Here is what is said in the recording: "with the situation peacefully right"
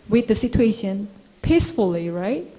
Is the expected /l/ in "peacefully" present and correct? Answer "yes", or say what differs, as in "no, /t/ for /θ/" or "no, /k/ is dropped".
yes